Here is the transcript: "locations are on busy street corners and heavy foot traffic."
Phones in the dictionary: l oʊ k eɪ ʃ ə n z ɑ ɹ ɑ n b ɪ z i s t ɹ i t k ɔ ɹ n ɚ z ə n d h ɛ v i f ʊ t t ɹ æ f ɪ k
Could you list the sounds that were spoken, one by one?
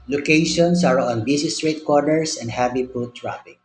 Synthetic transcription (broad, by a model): l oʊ k eɪ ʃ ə n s ɑ ɹ ɑ n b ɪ s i s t ɹ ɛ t k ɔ ɹ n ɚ s ə n d h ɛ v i p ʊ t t ɹ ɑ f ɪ k